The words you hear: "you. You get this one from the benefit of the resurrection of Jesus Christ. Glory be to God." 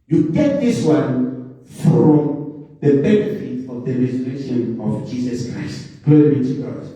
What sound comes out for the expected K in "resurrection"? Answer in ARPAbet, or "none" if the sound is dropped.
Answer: none